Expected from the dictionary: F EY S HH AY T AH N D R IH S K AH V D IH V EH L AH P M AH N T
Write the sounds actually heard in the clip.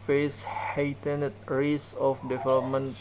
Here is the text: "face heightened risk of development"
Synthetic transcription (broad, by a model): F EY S HH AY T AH N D R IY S AH F D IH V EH L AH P M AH N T